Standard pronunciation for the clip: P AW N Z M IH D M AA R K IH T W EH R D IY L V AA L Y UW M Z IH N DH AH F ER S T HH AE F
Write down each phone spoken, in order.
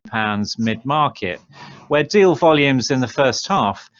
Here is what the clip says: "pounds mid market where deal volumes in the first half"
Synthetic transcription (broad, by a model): P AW N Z M IH D M AA K IH T W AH D IY L V AA L Y UW M Z IH N DH AH F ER S T HH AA F